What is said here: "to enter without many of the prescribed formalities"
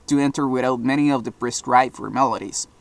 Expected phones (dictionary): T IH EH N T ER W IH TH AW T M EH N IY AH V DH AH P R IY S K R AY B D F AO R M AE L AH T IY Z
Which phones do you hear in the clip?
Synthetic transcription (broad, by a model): T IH EH N T ER W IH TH AW T M EH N IY AH V DH AH B R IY S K R AY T F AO R M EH L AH T IY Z